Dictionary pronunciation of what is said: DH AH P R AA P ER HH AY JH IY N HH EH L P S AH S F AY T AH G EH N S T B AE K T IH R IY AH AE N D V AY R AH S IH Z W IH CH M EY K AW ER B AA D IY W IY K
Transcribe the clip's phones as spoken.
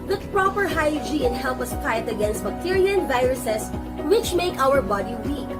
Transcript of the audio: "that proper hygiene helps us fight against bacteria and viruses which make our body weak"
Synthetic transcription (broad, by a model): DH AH P R AA P ER HH AY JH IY N HH EH L P AH S P AY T AH G EH N S T B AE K T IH R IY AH N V AY R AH S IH S W IH CH M EY K AW ER B AA D IY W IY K